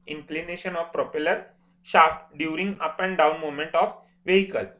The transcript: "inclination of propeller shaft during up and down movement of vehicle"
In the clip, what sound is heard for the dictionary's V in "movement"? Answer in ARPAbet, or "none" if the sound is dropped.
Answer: none